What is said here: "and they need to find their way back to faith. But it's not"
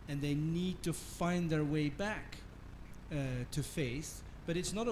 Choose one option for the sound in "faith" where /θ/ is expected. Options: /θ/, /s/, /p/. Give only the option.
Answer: /s/